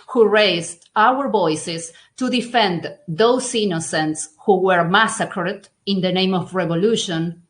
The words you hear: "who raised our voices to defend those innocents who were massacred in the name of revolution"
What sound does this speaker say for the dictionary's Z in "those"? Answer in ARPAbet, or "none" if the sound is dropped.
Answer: S